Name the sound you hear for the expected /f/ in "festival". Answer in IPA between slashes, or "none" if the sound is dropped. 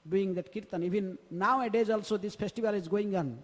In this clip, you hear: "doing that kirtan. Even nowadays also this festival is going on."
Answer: /p/